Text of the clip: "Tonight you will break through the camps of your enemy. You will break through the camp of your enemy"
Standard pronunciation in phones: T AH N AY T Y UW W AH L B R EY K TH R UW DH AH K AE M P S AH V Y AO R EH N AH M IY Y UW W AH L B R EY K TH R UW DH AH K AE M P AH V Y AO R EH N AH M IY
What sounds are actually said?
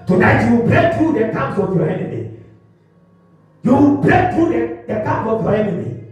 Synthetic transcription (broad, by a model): T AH N AY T Y UW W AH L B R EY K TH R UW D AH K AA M S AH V Y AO EH N AH M IY Y UW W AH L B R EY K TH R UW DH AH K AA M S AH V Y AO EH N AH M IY